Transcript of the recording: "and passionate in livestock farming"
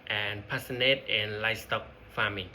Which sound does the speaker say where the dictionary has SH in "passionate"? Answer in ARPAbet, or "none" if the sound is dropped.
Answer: S